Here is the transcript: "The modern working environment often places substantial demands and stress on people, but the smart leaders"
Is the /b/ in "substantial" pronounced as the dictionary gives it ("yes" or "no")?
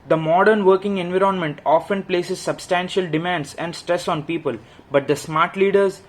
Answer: yes